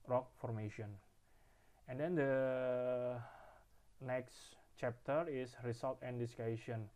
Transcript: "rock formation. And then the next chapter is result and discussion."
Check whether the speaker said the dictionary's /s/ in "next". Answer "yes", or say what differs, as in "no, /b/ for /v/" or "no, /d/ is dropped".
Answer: yes